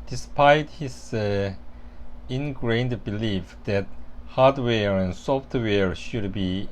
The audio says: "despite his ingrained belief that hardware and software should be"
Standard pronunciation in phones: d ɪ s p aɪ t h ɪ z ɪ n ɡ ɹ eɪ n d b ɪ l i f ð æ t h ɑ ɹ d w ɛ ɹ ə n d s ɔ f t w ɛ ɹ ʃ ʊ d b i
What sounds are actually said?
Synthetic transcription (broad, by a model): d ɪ s p aɪ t h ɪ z ɪ n ɡ ɹ eɪ n d b ɪ l i f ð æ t h ɑ ɹ d w ɛ ɹ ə n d s ɔ f t w ɛ ɹ ʃ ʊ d b i